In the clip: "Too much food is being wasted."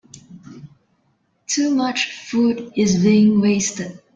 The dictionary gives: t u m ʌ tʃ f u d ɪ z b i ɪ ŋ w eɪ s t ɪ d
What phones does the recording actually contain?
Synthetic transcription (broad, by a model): t u m ʌ tʃ f u d ɪ z b i ɪ ŋ w eɪ s t ɪ d